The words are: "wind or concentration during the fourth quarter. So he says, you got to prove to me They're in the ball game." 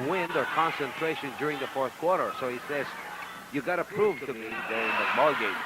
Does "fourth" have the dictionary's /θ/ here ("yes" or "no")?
yes